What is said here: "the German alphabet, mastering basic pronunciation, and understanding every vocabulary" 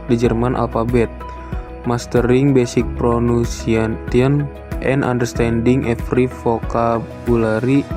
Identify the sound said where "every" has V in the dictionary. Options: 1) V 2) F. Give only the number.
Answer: 2